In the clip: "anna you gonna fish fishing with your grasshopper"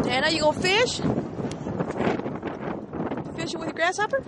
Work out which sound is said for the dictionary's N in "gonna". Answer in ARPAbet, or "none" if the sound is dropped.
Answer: none